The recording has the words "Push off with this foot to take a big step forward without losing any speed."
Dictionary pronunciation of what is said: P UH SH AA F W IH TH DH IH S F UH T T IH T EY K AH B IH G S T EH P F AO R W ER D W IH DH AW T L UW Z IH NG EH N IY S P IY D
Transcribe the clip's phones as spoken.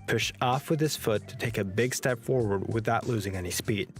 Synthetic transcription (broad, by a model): P UH SH AA F W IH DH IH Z F UH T T IH T EY K AH B IH G S T EH P F AO R W ER D W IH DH AW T L UW Z IH NG EH N IY S P IY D